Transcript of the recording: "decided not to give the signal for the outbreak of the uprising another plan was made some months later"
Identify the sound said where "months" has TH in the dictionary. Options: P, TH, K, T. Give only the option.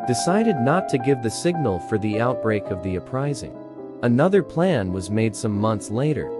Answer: TH